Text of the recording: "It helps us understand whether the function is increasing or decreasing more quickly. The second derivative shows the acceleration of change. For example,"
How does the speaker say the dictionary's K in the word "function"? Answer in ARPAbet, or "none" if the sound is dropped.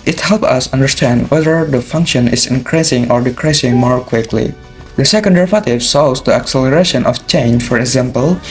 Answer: K